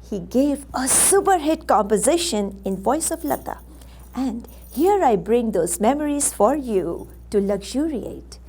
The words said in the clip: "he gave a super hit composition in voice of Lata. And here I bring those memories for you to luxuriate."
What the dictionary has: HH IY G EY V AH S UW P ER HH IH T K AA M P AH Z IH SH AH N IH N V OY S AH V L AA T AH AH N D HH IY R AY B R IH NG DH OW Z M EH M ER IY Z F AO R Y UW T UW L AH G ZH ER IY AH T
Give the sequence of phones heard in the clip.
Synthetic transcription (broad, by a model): HH IY G EY V AH S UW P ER HH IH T K AA M P AH Z IH SH AH N IH N V OY S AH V L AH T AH AH N D HH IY R AY B R IH NG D OW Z M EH M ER IY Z F AO R Y UW T UW L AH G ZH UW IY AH T